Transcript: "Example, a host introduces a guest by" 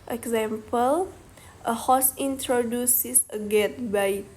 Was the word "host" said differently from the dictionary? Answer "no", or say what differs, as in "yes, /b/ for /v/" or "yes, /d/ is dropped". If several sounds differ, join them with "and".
yes, /t/ is dropped